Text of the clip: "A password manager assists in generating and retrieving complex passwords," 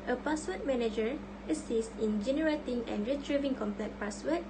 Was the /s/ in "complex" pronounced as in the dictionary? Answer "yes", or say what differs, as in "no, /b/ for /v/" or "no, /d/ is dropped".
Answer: no, /s/ is dropped